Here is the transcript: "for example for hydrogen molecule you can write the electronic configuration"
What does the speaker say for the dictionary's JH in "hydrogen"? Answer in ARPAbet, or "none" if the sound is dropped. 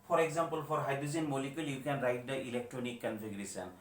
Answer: Z